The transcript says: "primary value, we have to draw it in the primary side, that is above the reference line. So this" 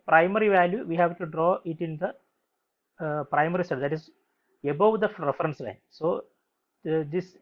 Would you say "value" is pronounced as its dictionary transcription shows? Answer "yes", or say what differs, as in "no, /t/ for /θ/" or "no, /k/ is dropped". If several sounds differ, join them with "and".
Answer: yes